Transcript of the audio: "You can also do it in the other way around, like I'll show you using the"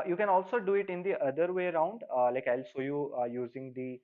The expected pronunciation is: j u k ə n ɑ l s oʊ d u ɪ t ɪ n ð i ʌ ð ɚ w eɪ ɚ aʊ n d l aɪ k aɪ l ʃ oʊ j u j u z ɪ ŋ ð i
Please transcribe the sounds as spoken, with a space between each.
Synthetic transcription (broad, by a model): j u k ə n ɑ l s oʊ d u ɪ t ɪ n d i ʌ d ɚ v eɪ ɚ aʊ n d l aɪ k aɪ l s oʊ j u j u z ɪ ŋ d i